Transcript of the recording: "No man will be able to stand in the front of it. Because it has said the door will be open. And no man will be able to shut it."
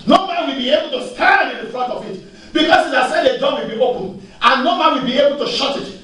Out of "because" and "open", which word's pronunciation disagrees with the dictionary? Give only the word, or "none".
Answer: because